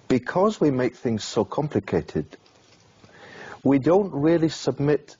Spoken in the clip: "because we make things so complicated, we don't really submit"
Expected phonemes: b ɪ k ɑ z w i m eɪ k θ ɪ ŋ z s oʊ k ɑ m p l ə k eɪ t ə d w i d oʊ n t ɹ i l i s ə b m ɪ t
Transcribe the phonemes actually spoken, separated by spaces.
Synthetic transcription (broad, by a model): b ɪ k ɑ z w i m eɪ k θ ɪ ŋ z s oʊ k ɑ m p l ə k eɪ t ə d w i d oʊ n t ɹ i l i s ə b m ɪ t